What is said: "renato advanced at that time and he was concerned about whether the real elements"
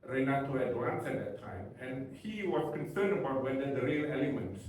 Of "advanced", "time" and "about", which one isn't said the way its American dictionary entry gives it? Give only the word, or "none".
advanced